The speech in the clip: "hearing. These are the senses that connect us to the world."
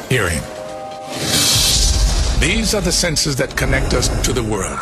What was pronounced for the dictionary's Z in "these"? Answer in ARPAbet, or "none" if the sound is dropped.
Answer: Z